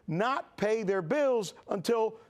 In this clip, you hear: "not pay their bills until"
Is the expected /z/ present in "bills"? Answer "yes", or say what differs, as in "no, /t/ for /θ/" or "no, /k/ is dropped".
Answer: yes